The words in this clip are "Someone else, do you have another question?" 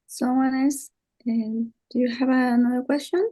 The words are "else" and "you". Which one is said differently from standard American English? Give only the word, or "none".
else